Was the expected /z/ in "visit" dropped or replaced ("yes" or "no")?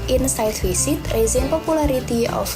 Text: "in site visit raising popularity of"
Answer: yes